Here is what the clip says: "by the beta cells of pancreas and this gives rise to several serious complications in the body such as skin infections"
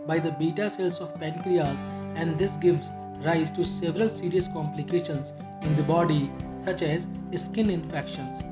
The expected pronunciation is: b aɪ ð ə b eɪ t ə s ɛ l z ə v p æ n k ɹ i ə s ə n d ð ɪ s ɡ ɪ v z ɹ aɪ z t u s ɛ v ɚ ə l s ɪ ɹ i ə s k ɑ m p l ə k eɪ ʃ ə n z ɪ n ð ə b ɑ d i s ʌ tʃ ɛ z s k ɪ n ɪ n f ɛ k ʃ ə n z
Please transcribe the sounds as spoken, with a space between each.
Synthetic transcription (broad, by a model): b aɪ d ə b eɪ t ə s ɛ l s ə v p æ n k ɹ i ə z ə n d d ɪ s ɡ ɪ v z ɹ aɪ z t u s ɛ v ɚ ə l s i ɹ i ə s k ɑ m p l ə k eɪ ʃ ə n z ɪ n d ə b ɑ d i s ʌ tʃ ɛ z s k ɪ n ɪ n f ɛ k ʃ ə n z